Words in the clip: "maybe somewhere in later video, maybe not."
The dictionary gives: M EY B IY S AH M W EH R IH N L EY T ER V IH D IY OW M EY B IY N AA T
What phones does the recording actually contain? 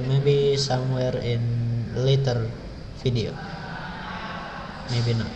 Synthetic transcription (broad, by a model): M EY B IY S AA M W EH R IH N L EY T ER F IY D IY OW M EY B IY N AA